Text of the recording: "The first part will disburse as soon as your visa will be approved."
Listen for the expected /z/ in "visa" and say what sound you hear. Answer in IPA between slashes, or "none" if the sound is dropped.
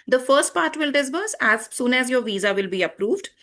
/z/